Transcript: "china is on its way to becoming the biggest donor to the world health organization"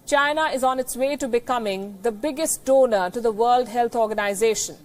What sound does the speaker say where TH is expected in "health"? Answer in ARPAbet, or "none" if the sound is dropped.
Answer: T